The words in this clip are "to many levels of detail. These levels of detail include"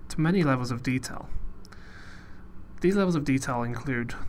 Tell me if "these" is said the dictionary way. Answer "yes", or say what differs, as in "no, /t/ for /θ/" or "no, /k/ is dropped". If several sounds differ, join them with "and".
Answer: yes